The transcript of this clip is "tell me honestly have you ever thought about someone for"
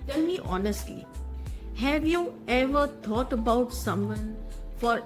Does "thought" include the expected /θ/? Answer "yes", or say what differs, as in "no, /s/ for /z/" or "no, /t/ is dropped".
no, /t/ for /θ/